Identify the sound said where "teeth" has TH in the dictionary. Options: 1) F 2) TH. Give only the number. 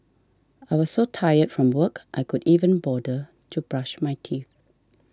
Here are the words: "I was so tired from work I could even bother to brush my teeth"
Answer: 2